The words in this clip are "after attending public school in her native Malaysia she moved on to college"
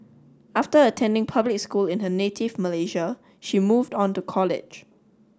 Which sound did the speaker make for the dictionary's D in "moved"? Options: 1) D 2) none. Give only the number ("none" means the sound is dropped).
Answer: 1